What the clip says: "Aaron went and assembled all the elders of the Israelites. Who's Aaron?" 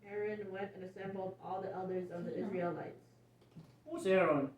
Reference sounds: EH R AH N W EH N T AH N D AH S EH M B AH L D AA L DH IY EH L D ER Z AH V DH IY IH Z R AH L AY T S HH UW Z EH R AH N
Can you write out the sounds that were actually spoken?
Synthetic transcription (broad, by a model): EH R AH N W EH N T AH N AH S EH M B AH L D AA L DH IY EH L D ER Z AH V DH IY IH Z R AH L AY T S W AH S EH R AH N